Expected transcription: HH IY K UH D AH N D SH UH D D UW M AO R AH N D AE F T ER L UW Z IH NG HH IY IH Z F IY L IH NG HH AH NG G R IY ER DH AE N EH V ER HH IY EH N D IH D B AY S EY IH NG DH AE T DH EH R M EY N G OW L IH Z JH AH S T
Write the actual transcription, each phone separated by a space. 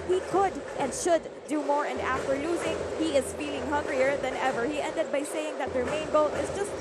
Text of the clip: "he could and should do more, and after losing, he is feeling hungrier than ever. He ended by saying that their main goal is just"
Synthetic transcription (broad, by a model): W IY K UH D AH N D SH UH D D UW M AO R AH N D AE F T ER L UW Z IH NG HH IY IH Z F IY L IH NG HH AH NG G R IY ER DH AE N EH V ER HH IY EH N D IH D B AY S EY IH NG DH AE T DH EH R M EY N G OW L IH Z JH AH S T